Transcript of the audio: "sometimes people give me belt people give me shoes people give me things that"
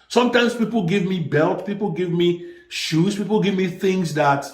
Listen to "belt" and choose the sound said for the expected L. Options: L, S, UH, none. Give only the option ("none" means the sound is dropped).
L